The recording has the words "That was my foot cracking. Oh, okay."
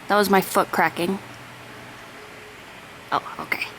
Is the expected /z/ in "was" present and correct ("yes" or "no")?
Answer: yes